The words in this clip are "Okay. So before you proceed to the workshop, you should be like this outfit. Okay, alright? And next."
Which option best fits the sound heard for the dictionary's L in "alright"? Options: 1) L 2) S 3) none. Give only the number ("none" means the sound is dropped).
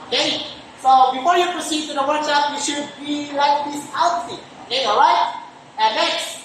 3